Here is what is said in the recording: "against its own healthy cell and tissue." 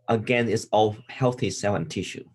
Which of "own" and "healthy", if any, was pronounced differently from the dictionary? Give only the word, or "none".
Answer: own